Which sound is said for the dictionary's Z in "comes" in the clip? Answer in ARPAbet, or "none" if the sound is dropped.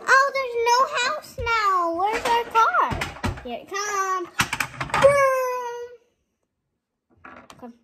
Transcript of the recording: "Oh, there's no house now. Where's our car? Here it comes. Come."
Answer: none